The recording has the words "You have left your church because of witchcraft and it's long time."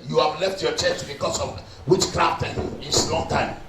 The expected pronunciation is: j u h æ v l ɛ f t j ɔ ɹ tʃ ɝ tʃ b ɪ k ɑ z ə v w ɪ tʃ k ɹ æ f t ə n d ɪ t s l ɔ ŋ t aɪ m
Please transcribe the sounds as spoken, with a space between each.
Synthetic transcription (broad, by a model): j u h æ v l ɛ f t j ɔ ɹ tʃ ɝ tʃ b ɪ k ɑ s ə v w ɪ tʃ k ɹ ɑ t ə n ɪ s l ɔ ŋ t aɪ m